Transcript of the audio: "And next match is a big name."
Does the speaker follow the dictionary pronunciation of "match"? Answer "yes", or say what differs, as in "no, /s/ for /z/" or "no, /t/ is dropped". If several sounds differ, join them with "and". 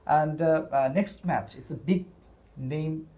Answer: yes